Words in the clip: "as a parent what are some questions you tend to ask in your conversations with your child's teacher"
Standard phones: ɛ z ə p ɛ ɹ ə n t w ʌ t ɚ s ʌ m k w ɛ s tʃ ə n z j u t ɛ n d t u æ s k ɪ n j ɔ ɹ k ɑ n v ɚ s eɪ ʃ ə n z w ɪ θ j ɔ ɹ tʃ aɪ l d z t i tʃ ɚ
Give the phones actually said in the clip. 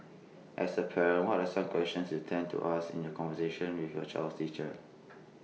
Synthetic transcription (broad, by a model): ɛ s ə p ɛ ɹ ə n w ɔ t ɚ s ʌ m k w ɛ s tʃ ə n s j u t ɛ n t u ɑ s ɪ n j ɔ k ɑ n v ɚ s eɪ ʃ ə n w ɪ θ j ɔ tʃ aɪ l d t i tʃ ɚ